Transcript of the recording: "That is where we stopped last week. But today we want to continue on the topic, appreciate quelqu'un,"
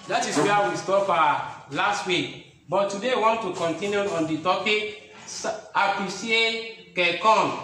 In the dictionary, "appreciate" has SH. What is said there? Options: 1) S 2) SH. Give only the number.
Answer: 1